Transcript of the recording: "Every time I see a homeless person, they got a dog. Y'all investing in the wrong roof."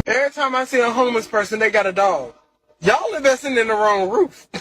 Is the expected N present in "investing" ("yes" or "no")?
no